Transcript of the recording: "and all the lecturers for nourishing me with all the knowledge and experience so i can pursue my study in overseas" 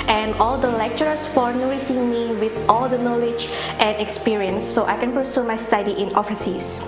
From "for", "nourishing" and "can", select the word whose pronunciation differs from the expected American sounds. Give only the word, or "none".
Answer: nourishing